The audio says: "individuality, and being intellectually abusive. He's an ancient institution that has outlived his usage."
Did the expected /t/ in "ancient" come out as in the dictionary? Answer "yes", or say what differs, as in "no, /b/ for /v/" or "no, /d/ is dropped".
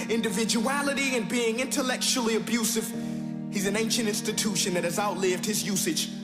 yes